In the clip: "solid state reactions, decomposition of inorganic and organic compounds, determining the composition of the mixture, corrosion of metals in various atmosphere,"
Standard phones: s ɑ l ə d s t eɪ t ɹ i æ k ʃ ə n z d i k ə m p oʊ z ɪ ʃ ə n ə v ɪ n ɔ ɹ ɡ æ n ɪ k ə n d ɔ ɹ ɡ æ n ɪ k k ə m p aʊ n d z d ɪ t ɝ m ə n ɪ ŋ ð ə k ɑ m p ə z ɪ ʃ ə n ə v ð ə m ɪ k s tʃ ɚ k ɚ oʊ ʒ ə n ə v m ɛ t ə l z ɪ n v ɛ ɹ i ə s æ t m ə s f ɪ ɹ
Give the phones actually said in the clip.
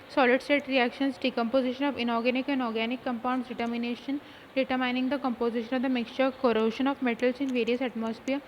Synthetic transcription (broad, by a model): s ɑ l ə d s t eɪ t ɹ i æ k ʃ ə n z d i k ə m p oʊ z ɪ ʃ ə n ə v ɪ n ɔ ɹ ɡ æ n ɪ k ə n d ɔ ɹ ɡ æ n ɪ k k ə m p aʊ n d s d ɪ t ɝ m ə n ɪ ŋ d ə k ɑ m p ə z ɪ ʃ ə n ə v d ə m ɪ k s tʃ ɚ k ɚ oʊ ʃ ə n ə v m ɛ t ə l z ɪ n v ɛ ɹ i ə s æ t m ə s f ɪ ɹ